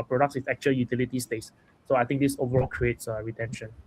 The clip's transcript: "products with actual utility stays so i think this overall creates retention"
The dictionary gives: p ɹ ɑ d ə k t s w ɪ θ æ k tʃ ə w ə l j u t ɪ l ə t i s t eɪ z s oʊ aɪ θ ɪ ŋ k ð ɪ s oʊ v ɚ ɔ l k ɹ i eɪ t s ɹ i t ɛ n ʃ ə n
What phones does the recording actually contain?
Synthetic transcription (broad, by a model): p ɹ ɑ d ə k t s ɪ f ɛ k tʃ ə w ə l j u t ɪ l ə t i s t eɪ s s oʊ aɪ t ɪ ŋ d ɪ s oʊ v ɚ ɔ l k ɹ i eɪ t s ɹ i t ɛ n ʃ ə n